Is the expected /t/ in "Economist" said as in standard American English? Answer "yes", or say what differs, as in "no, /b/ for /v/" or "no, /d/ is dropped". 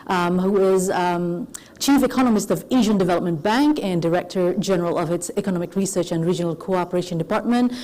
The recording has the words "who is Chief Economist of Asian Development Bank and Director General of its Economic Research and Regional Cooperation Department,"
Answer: yes